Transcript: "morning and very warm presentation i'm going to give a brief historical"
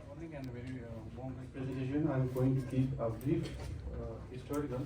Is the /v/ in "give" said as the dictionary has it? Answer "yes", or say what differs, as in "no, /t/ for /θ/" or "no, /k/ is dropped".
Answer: no, /p/ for /v/